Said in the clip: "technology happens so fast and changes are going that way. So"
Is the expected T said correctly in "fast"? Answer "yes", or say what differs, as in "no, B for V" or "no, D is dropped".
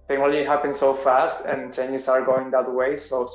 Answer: yes